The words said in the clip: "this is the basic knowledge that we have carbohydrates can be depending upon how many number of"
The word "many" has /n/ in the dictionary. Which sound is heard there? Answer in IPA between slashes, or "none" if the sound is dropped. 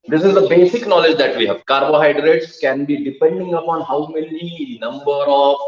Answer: /l/